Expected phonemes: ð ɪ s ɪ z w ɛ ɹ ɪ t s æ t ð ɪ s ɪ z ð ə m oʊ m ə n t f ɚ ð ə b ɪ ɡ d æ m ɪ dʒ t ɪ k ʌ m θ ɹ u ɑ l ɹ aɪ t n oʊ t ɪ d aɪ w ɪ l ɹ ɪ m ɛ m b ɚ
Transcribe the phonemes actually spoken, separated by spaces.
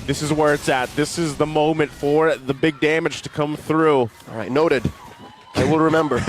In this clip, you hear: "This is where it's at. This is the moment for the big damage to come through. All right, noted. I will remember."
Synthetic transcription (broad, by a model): ð ɪ s ɪ z w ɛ ɹ ɪ t s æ t ð ɪ s ɪ z ð ə m oʊ m ə n t f ɚ ð ə b ɪ ɡ d æ m ɪ dʒ t ɪ k ʌ m θ ɹ u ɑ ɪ n oʊ t ɪ d aɪ w ɪ l ɹ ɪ m ɛ m b ɚ